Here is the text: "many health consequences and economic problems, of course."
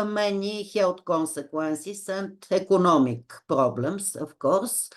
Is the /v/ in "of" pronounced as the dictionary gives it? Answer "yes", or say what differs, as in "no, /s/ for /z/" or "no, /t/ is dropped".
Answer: no, /f/ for /v/